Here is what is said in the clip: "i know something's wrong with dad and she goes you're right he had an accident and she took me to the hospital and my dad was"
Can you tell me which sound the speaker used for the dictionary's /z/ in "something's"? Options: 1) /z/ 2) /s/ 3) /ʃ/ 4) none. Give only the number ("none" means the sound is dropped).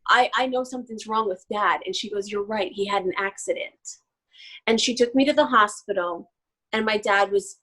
1